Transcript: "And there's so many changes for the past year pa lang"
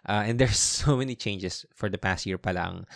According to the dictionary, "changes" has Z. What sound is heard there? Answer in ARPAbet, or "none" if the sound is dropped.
S